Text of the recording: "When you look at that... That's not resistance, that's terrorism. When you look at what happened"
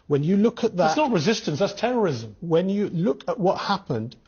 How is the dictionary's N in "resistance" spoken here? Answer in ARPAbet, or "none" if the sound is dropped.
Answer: N